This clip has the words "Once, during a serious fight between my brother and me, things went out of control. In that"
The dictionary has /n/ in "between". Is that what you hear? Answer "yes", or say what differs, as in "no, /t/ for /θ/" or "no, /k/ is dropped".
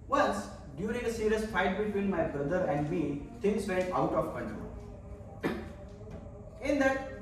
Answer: no, /l/ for /n/